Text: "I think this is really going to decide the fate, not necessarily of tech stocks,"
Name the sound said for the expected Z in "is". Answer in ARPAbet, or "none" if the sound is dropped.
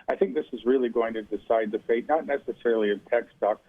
Z